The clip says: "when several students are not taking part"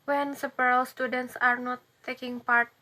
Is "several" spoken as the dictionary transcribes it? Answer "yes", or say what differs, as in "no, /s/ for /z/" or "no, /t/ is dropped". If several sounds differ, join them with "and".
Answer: no, /p/ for /v/